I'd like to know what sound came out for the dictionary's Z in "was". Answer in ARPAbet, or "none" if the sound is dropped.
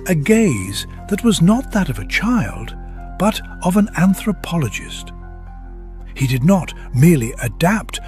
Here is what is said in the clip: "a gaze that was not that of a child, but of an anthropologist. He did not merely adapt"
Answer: Z